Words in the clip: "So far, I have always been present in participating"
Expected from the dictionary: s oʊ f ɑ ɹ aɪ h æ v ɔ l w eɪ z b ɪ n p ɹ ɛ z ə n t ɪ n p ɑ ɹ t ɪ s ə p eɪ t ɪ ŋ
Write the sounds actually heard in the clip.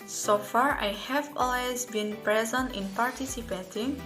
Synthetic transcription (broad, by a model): s oʊ f ɑ ɹ aɪ h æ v ɔ l w eɪ z b ɪ n p ɹ ɛ z ə n t ɪ n p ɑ ɹ t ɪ s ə p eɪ t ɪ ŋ